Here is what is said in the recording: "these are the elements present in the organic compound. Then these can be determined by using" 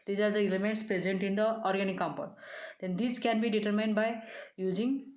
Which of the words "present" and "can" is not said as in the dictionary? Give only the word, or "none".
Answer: none